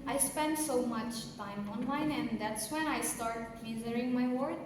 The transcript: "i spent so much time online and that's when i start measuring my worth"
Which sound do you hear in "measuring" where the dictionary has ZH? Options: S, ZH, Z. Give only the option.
Z